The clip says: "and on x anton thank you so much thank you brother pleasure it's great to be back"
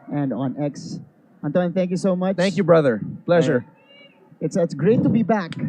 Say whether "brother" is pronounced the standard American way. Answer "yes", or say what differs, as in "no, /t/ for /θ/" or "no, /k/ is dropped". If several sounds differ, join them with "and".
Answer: yes